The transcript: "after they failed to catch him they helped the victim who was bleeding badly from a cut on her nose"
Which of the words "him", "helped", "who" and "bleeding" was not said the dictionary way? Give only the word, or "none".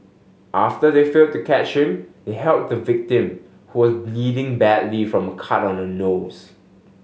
helped